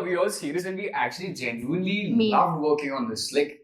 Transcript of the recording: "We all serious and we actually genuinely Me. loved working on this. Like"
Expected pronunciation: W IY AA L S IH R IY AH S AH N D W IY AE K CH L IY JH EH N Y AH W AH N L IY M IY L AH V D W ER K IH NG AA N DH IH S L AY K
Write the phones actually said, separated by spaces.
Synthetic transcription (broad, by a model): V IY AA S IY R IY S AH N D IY AE K CH L IY JH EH N Y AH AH N L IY IY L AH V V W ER K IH NG AA N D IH S L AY K